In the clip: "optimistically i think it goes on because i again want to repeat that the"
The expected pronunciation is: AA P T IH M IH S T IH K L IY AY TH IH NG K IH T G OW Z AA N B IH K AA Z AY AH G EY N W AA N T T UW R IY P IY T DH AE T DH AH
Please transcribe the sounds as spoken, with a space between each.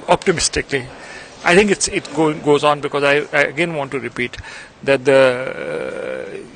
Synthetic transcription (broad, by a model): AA P T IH M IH S T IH K L IY AY T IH NG K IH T G OW Z AA N B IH K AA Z AY AH G EY N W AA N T T UW R IY P IY T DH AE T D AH